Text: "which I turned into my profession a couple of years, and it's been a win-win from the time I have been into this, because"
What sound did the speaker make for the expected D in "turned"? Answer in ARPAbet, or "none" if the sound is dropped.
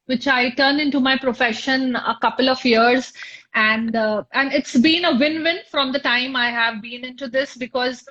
none